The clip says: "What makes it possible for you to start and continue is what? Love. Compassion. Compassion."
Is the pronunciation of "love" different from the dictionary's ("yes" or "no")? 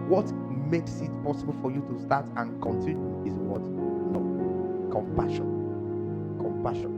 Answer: yes